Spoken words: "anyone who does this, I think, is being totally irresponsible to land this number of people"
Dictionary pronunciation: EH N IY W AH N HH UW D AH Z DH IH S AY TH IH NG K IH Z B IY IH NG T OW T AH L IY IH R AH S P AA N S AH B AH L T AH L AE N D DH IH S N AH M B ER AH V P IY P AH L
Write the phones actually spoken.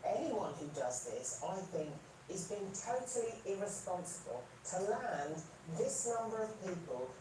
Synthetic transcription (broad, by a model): EH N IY W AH N HH UW D AH Z DH IH S AY TH IH NG K IH Z B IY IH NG T OW T AH L IY IH R AH S P AA N S AH B AH L T AH L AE N DH IH S N AH M B ER AH V P IY P AH L